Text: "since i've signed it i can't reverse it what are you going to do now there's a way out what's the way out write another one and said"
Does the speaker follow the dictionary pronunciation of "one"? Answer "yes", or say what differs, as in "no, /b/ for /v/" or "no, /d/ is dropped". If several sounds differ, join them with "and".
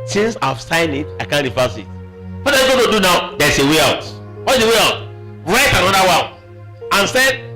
no, /l/ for /n/